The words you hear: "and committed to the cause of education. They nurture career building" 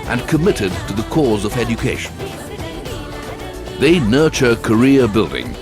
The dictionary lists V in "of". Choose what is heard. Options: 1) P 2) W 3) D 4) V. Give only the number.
4